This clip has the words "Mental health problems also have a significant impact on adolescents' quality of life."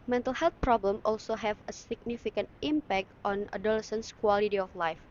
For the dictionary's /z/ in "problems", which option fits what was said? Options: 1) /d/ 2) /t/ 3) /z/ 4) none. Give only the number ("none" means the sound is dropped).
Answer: 4